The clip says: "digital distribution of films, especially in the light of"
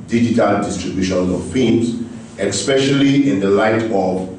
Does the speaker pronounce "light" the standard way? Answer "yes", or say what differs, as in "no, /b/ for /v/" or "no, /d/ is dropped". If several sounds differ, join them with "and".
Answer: yes